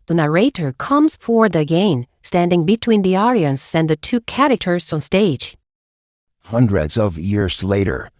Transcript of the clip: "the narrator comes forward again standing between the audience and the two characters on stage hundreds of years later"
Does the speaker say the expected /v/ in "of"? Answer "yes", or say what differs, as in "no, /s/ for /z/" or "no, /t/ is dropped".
yes